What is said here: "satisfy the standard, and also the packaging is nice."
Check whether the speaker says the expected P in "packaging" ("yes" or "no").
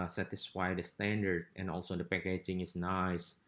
yes